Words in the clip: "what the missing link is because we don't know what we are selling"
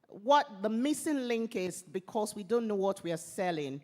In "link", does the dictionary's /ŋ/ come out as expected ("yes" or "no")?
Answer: yes